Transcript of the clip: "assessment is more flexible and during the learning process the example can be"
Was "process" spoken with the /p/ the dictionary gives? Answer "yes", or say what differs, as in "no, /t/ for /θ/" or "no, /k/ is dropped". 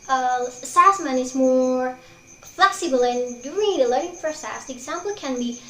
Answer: no, /f/ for /p/